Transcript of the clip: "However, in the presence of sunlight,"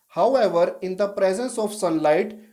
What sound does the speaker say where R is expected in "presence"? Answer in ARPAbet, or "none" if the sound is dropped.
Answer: R